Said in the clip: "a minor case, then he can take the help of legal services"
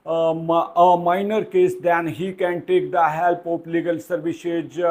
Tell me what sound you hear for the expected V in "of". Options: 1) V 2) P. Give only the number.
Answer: 2